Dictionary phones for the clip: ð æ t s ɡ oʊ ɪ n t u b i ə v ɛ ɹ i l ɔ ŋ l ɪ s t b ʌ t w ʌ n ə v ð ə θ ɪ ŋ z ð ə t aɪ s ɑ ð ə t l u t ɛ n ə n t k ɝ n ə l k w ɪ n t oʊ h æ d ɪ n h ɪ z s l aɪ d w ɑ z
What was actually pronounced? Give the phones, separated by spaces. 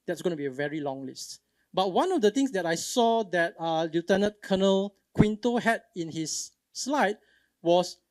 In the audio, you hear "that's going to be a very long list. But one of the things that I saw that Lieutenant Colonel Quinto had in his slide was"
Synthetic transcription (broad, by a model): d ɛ t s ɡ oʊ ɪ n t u b i ə v ɛ ɹ i l ɔ ŋ l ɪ s t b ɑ t w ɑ n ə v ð ə t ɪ ŋ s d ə t aɪ s ɑ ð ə t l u t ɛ n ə t k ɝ n ə l k w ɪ n t oʊ h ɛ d ɪ n h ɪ s l aɪ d w ɑ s